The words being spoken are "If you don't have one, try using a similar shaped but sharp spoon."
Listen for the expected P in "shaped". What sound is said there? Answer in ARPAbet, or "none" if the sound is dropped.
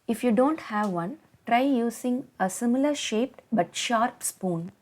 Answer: P